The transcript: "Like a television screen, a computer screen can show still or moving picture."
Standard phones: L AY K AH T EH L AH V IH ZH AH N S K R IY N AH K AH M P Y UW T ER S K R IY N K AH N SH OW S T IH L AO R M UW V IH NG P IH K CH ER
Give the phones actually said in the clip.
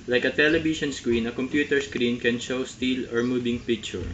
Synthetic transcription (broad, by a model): L AY K AH T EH L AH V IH SH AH N S K R IY N AH K AH M P Y UW T ER S K R IY N K AH N SH OW S T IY L AO R M UW B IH NG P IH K CH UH